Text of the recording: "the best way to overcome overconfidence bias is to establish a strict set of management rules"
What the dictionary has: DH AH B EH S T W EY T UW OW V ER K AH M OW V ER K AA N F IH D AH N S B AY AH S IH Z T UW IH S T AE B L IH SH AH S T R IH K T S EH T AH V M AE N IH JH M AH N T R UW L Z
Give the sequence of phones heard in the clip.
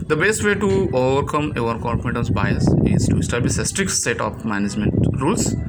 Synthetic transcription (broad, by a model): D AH B EH S T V EY T UW OW V ER K AH M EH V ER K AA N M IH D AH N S B AY AH S IH Z T UW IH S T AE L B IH S AH S T R IH K T S EH T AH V M AE N IH JH M AH N T R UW L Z